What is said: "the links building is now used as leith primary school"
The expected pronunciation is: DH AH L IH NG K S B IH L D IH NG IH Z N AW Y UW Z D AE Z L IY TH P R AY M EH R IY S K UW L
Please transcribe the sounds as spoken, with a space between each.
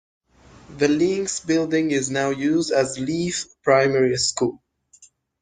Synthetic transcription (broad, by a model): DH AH L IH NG S B IH L D IH NG IH Z N AW Y UW Z D AE Z L IY F P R AY M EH R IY S K UW L